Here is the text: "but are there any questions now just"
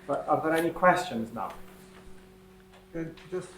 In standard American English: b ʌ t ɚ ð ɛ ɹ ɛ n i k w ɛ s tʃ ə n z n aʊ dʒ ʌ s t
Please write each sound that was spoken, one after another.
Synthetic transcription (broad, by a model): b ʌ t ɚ ð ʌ ɹ ɛ n i k w ɛ s tʃ ə n z n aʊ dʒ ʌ s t